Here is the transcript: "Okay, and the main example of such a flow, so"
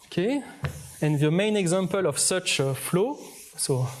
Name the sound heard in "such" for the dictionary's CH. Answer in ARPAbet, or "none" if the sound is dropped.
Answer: CH